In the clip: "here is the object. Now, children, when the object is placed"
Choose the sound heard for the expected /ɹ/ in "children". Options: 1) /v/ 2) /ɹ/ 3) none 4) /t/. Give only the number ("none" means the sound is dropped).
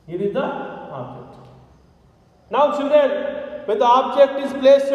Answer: 3